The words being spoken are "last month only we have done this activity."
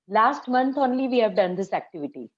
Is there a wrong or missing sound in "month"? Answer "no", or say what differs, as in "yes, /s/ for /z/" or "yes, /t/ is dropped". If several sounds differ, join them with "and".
yes, /t/ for /θ/